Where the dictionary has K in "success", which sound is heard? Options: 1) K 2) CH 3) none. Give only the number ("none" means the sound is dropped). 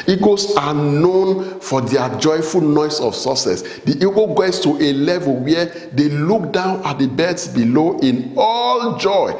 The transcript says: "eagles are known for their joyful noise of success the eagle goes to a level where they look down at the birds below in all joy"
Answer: 3